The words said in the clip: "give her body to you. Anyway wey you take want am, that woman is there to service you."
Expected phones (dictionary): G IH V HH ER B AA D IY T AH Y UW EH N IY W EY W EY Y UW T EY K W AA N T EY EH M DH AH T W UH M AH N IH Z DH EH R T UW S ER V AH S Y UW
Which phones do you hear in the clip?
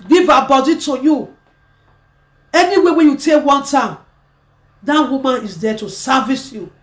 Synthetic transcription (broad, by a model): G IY V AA B AA D IY T AH Y UW EH N IY W EY W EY Y UW T EY K W AA N T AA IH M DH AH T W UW M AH N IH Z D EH T UW S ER V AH S Y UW